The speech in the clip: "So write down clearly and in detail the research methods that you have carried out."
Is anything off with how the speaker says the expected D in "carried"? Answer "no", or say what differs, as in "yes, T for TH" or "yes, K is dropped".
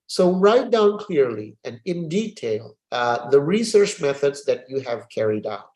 no